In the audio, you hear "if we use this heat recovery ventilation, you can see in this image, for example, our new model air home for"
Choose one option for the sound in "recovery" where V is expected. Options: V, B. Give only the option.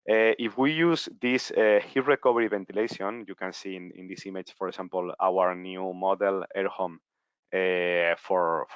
B